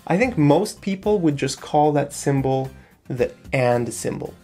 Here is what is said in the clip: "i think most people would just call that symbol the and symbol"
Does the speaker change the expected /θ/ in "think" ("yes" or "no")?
no